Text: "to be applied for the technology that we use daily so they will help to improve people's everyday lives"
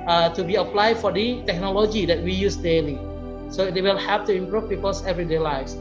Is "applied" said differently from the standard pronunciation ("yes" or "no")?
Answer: no